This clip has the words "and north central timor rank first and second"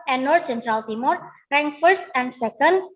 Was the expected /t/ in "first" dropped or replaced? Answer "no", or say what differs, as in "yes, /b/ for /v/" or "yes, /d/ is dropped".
no